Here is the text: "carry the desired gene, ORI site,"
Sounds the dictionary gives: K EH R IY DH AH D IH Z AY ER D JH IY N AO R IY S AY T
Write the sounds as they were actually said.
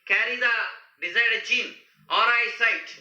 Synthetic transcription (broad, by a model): K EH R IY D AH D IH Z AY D CH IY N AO R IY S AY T